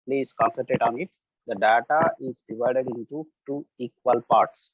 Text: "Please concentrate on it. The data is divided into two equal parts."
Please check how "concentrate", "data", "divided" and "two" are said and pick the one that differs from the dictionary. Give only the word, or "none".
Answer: concentrate